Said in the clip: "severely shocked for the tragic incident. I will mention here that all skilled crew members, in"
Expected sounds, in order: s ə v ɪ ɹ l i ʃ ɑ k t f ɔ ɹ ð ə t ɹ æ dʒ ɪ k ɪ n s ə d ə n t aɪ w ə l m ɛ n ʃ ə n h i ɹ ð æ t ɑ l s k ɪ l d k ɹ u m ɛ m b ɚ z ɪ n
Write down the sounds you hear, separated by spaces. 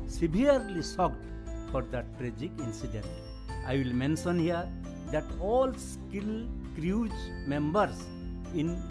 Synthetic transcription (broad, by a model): s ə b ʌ ɹ l i s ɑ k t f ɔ ɹ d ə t ɹ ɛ dʒ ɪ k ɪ n s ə d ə n t aɪ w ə l m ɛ n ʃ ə n h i ɹ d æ t ɑ l s k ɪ l k ɹ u m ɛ m b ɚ s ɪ n